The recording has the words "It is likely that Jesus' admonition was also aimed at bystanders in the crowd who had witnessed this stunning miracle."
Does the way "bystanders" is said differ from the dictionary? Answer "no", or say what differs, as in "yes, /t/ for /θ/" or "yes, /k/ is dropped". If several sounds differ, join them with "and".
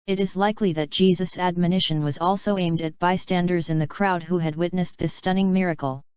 no